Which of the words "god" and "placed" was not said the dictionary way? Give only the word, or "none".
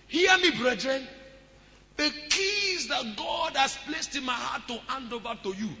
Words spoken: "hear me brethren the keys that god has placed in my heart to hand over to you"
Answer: none